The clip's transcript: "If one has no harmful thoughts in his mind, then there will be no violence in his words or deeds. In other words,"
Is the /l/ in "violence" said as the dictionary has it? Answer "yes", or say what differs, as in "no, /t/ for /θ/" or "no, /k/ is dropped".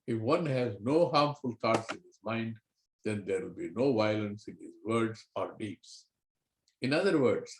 yes